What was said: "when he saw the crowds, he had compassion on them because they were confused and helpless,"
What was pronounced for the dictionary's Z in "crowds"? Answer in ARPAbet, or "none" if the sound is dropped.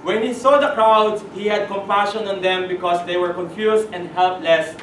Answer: none